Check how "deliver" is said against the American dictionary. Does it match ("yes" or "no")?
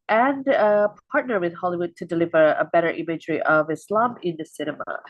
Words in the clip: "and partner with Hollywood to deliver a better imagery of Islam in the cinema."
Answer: yes